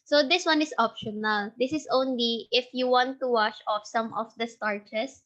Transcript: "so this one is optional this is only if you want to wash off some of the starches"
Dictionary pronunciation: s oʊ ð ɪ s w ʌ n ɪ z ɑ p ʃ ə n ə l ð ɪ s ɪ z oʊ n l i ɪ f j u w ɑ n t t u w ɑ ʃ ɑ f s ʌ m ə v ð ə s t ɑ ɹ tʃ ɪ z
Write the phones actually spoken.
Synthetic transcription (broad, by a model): s oʊ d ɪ s w ʌ n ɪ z ɑ p ʃ ə n ə l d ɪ s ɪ s oʊ n l i ɪ f j u w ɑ n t t u w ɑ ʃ ɑ f s ʌ m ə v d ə s t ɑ ɹ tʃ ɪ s